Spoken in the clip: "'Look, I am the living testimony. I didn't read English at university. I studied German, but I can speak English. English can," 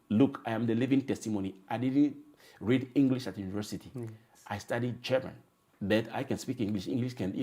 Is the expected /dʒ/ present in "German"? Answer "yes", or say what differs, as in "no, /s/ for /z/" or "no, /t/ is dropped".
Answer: no, /tʃ/ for /dʒ/